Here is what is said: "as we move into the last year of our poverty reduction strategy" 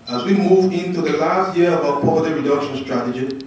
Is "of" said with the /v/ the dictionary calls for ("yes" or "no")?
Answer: no